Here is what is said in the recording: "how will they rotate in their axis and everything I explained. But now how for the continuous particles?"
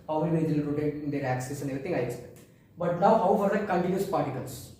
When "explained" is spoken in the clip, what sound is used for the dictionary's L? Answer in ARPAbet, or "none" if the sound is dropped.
none